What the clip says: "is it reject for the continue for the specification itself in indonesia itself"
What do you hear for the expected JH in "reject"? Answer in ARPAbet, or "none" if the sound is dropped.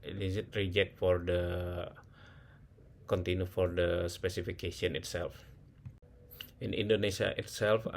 JH